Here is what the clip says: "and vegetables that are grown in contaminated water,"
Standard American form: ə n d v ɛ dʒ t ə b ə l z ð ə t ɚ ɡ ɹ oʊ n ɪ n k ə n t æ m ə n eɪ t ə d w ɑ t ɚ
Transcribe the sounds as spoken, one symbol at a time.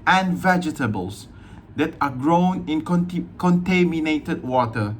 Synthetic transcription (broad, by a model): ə n v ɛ dʒ t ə b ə l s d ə t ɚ ɡ ɹ oʊ n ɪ n k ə n t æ m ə n eɪ t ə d w ɑ t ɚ